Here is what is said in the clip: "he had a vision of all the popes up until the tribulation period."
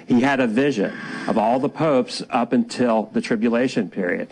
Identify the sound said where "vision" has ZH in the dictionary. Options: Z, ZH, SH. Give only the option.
ZH